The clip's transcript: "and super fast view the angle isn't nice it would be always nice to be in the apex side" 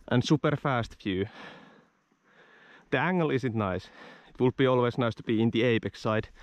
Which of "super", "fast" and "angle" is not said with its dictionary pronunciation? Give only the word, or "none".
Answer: none